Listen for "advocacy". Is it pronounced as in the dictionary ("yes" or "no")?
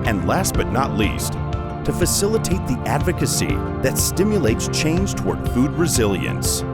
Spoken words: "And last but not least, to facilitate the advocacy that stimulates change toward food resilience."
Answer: yes